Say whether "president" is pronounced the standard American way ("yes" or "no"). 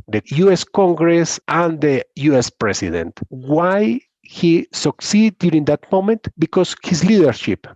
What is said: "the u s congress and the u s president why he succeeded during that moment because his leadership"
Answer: no